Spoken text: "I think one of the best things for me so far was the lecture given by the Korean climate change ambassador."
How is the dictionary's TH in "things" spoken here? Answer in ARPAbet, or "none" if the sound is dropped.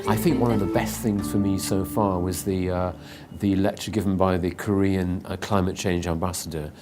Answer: TH